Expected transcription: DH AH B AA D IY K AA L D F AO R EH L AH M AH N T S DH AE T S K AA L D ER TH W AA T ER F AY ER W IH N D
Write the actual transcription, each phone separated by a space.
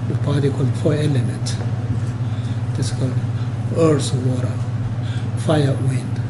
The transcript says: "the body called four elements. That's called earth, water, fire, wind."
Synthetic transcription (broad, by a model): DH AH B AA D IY K AA L D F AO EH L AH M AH N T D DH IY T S K AA L D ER S W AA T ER F AY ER W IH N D